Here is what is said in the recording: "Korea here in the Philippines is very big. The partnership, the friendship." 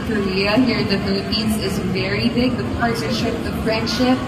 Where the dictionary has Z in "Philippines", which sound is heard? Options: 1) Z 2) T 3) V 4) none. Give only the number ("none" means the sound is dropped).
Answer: 1